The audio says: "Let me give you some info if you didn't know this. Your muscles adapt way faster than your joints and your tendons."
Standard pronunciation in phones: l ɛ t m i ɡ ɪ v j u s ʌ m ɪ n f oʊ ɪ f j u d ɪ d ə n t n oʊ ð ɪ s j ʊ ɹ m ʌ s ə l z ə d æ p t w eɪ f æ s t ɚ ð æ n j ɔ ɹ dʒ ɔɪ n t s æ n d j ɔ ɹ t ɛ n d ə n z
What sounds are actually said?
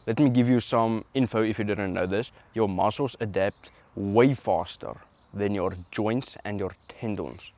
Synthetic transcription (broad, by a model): l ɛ t m i ɡ ɪ v j u s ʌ m ɪ n f oʊ ɪ f j u d ɪ d ə n t n oʊ ð ɪ s j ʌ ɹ m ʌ s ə l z ə d æ p t w eɪ f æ s t ɚ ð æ n j ɔ ɹ dʒ ɔɪ n t s æ n d j ɔ ɹ t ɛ n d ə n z